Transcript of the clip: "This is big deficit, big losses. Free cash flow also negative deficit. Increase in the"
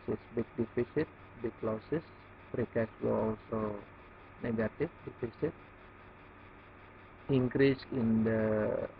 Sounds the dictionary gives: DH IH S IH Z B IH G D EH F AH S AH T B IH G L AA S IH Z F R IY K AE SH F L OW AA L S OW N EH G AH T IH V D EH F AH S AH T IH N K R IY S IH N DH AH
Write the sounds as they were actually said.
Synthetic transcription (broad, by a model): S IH S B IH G D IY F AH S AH T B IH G L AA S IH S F R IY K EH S L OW AA L S OW N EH G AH T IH F D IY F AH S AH T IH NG K R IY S IH N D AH